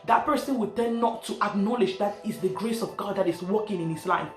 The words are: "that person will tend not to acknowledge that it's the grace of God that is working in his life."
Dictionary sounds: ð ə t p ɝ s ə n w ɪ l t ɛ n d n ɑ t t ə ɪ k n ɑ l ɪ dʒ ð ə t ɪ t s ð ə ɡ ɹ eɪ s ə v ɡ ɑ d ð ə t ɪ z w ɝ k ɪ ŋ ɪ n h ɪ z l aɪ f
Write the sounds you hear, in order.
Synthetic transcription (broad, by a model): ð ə t p ɝ s ə n w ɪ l t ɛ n n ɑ t t ə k n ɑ l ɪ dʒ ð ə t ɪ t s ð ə ɡ ɹ eɪ s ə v ɡ ɑ d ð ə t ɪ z w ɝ k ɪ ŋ ɪ n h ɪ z l aɪ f